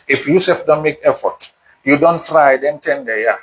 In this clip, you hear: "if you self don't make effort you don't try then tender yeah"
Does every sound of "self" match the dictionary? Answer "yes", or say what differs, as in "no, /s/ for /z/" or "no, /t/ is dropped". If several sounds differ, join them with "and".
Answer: no, /l/ is dropped